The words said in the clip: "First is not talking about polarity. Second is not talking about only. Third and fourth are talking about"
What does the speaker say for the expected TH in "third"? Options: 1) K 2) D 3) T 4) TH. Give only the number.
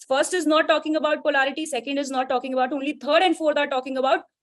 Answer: 3